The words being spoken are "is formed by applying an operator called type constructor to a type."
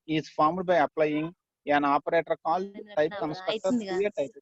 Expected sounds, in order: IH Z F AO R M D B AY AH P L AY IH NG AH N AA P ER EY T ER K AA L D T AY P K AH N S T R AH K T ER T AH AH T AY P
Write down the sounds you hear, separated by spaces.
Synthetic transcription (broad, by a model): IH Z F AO R M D B AY AH P L AY IH NG AH N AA P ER EY T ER K AA L D T AY P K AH N S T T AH T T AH AH T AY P